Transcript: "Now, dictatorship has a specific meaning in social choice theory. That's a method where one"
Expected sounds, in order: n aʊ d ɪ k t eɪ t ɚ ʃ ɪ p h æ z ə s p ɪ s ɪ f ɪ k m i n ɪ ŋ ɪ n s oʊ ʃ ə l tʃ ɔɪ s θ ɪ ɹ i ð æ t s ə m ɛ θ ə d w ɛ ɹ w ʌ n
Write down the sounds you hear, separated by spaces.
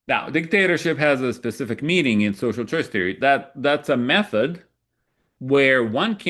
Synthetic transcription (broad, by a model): n aʊ d ɪ k t eɪ t ɚ ʃ ɪ p h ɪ z ə s p ɪ s ɪ f ɪ k m i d ɪ ŋ ɪ n s oʊ ʃ l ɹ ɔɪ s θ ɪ ɹ i ð æ t s ə m ɛ θ ə d w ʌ ɹ w ʌ n